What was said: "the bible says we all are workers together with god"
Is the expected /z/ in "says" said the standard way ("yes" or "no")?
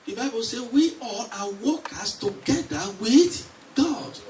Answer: no